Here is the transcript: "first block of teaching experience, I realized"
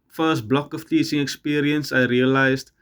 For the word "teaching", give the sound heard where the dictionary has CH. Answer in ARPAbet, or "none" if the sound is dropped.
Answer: S